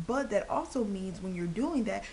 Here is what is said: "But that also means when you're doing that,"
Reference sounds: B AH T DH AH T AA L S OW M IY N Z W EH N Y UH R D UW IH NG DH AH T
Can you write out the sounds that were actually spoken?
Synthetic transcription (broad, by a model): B AH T DH AH T AA L S OW M IY N Z W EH N Y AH R D UW IH NG DH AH T